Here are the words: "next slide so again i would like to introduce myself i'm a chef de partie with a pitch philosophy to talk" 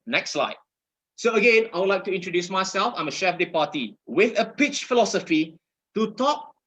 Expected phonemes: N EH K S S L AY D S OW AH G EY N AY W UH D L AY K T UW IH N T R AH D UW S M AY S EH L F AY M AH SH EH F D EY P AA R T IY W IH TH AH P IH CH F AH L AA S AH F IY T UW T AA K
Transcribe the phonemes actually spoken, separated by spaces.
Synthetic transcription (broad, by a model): N EH K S S L AY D S OW AH G EY N AY W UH D L AY K T UW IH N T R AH D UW S M AY S EH L F AY M AH SH EH F D EY P AA T IY W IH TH AH P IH CH F AH L AA S AH F IY T UW T AA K